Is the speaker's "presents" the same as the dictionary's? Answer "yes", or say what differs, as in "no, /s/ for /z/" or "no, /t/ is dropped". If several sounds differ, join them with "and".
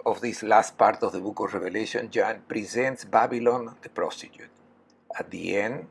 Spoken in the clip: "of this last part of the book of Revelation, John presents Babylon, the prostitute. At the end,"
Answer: yes